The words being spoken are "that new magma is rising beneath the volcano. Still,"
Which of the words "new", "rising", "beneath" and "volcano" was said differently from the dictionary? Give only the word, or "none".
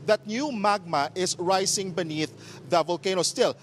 rising